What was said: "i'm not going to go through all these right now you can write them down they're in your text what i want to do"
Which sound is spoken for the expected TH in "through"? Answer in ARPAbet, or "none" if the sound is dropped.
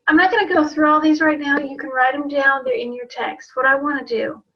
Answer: TH